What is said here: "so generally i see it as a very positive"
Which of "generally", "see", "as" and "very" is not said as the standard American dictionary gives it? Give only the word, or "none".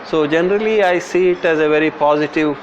none